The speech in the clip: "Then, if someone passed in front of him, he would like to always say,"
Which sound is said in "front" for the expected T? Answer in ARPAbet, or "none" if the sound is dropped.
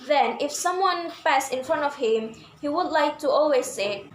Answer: T